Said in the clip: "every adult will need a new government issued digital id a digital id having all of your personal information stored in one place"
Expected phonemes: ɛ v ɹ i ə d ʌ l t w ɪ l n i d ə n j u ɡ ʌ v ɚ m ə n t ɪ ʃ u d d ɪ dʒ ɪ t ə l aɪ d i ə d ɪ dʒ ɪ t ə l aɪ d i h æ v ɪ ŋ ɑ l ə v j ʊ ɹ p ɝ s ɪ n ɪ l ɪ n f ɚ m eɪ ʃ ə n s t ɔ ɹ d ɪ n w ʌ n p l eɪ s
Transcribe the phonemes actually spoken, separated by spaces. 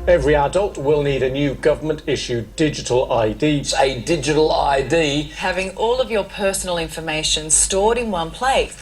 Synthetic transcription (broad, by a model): ɛ v ɹ i ə d ʌ l t w ɪ l n i d ə n j u ɡ ʌ v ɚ m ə n t ɪ ʃ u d d ɪ dʒ ɪ t ə l aɪ d i ə d ɪ dʒ ɪ t ə l aɪ d i h æ v ɪ ŋ ɑ l ə v j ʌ ɹ p ɝ s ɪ n l ɪ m f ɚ m eɪ ʃ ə n s t ɔ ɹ d ɪ n w ʌ n p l eɪ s